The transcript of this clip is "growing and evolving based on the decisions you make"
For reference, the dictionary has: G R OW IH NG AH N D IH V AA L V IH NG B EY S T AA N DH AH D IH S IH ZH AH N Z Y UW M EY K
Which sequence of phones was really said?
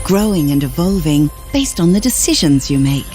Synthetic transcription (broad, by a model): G R OW IH NG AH N IH V AA L V IH NG B EY S T N DH AH D IH S IH ZH AH N Z Y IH M EY K